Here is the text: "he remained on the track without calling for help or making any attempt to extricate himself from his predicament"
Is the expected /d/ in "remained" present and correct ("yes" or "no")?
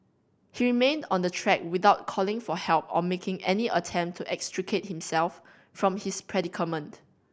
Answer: yes